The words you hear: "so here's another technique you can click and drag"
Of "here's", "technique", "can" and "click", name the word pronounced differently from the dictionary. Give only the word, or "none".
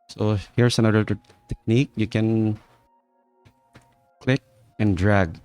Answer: here's